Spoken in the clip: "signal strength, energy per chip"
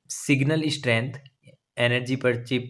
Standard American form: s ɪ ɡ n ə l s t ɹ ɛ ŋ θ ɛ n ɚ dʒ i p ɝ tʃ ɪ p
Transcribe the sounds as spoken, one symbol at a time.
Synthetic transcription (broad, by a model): s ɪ ɡ n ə l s t ɹ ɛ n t ɛ n ɚ dʒ i p ɝ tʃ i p